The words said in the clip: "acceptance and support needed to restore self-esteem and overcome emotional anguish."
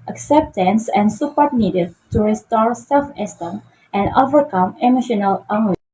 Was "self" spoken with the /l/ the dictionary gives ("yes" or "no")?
yes